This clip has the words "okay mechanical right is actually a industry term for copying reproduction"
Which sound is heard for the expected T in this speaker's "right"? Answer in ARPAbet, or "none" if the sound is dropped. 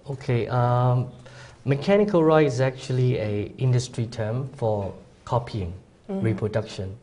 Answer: none